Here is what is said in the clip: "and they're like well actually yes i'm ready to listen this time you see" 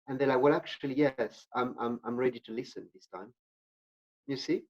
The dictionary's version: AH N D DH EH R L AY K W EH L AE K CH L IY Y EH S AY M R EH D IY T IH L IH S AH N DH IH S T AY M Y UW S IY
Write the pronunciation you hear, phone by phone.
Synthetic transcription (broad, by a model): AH N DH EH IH L AY K W EH L AE K CH L IY Y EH S AY M R EH D IY T IH L IH S AH N DH IH S T AY M Y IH S IY